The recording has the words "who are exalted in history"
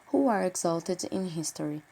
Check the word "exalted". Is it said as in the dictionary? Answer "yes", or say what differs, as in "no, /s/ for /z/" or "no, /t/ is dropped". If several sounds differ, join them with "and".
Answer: yes